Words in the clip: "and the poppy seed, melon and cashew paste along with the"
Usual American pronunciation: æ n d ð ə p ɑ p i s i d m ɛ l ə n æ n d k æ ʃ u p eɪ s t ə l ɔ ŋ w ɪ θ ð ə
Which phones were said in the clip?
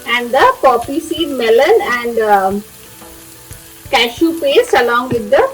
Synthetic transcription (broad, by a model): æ n d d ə p ɑ p i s i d m ɛ l ə n æ n d k æ ʃ u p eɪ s ə l ɔ ŋ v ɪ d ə